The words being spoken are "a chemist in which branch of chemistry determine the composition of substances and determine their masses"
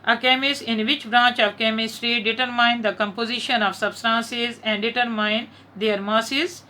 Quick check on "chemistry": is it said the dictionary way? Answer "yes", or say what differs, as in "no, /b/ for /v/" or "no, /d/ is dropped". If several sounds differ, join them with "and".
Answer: yes